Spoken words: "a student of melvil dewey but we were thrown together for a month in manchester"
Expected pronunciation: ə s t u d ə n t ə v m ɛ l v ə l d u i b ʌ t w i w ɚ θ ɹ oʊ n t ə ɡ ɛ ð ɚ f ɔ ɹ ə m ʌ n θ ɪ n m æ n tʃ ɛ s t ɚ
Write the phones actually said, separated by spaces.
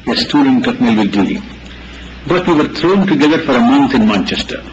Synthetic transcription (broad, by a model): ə s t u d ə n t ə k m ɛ l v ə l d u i b ʌ t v i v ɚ t ɹ oʊ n t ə ɡ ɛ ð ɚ f ɔ ɹ ə m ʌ n t ɪ n m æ n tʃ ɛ s t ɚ